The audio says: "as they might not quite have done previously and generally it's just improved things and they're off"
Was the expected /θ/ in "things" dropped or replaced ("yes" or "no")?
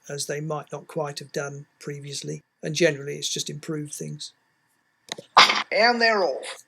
no